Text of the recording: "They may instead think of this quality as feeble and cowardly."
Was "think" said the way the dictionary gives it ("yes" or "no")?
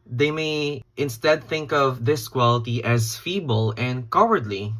yes